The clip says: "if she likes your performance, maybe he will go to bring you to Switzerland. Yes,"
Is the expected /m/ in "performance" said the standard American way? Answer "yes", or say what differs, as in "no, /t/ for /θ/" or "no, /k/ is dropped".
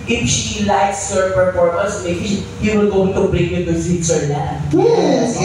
no, /m/ is dropped